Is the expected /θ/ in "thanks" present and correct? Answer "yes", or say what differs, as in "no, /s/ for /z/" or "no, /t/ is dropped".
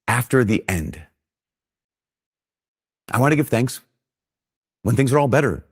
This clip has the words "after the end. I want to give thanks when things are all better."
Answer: yes